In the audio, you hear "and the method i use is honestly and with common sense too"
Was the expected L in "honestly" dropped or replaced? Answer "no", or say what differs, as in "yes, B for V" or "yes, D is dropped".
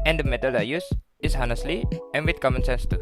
no